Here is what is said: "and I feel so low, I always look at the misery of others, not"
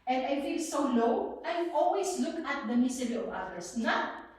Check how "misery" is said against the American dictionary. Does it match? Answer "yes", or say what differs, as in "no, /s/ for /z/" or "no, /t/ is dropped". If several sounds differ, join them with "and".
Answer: no, /s/ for /z/